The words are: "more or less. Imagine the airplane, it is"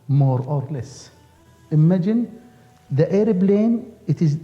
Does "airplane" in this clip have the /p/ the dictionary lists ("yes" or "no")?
no